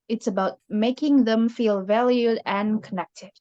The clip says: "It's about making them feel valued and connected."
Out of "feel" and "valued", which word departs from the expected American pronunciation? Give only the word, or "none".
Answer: none